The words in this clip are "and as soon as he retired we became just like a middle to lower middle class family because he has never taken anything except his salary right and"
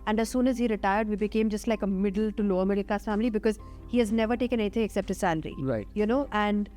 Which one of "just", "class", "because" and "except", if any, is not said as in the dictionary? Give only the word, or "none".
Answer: class